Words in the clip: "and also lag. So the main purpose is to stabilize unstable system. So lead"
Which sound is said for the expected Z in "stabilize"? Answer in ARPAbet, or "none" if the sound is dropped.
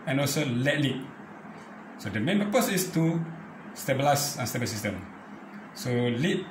S